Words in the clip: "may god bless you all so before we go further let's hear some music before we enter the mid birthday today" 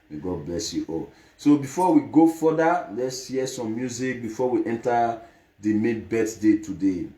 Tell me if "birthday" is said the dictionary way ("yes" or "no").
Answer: no